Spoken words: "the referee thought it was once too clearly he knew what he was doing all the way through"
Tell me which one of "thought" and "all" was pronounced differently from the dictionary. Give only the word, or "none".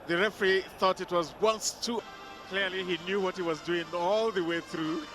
none